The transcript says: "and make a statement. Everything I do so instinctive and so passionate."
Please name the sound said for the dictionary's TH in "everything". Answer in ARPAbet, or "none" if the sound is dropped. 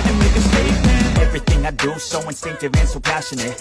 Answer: TH